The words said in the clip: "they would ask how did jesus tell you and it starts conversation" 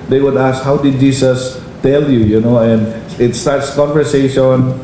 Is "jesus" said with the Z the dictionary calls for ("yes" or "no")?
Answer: no